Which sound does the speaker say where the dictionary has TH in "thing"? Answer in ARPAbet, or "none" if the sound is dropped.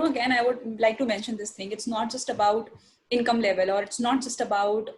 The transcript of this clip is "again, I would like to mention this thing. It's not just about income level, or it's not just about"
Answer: T